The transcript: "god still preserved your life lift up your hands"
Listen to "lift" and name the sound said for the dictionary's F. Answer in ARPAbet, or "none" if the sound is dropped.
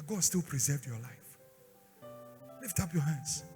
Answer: F